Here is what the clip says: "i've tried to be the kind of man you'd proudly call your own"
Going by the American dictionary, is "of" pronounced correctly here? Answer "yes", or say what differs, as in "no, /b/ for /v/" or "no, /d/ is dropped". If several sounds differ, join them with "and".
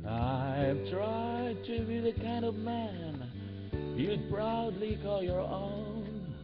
yes